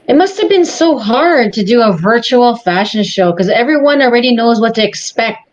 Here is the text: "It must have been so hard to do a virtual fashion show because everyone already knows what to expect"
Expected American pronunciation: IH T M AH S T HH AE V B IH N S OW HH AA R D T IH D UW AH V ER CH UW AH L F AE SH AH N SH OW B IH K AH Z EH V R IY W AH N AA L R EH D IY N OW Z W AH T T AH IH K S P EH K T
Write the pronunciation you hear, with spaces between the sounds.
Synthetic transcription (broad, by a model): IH T M AH S T HH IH V B IH N S OW HH AA R D T IH D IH AH V ER CH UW L F AE SH AH N SH OW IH K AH Z EH V R IY W AH N L R EH D IY N OW Z W AH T T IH K S P EH K T